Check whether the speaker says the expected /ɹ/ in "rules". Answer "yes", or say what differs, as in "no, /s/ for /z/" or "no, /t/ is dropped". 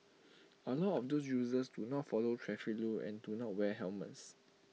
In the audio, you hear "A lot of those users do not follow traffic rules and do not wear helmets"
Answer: no, /l/ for /ɹ/